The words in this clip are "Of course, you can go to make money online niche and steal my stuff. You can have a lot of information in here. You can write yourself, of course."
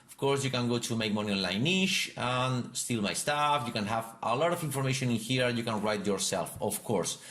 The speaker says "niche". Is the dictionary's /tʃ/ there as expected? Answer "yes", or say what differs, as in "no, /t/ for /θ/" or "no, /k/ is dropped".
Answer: no, /ʃ/ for /tʃ/